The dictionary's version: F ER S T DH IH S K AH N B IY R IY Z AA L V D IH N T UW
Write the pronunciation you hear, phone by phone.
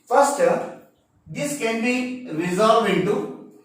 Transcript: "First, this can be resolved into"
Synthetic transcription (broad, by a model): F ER S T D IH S K AH N B IY R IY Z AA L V IH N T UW